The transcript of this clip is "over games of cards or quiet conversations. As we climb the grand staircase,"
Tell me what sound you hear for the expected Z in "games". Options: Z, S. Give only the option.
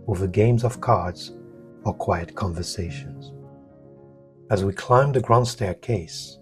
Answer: Z